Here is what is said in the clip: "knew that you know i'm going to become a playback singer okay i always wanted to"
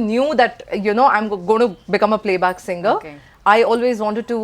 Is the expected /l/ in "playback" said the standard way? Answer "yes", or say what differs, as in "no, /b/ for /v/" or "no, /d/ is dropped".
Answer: yes